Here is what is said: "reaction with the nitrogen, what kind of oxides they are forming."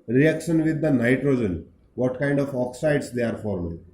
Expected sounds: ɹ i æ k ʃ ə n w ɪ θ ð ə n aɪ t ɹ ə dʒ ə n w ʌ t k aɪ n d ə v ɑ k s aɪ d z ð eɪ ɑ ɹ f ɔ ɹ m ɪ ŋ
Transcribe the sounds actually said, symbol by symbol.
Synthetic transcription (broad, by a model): ɹ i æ k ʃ ə n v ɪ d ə n aɪ t ɹ ə dʒ ə n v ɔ t k aɪ n d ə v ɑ k s aɪ d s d eɪ ɑ ɹ f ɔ ɹ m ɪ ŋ